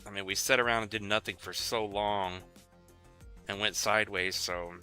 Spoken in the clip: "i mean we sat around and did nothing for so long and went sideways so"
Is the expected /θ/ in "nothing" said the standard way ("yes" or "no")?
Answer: yes